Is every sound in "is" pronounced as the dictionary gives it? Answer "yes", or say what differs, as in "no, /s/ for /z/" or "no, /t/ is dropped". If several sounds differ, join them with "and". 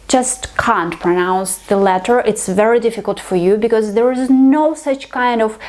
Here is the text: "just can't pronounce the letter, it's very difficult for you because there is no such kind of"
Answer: yes